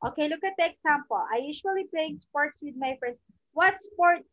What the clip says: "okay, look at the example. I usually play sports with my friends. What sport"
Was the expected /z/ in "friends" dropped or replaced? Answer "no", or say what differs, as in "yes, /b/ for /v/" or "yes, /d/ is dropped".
yes, /s/ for /z/